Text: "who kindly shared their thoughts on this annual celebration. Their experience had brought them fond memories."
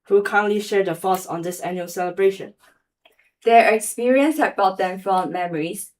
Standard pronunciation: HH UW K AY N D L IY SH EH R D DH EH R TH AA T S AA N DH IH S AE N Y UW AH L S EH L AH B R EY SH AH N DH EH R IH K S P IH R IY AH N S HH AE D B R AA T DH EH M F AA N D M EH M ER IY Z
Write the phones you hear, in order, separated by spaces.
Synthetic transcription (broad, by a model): HH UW K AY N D L IY SH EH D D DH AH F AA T S AA N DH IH S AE N Y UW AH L S EH L AH B R EY SH AH N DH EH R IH K S P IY R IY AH N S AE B AA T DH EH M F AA M EH M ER IY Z